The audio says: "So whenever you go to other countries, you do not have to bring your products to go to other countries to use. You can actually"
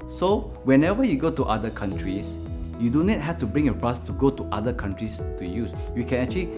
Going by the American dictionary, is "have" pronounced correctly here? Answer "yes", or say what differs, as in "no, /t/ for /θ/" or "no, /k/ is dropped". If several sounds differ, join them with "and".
no, /f/ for /v/